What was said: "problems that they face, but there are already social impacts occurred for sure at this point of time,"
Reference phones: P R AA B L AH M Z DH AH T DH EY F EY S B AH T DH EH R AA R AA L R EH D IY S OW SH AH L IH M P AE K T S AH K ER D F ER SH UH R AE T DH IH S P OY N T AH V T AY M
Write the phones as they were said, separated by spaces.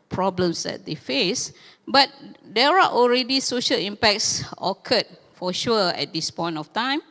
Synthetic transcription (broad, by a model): P R AA B L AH M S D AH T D EY F EY S B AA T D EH R AA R AA L R EH D IY S OW SH AH L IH M P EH K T S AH K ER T F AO SH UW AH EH T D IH S P OY N T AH F T AY M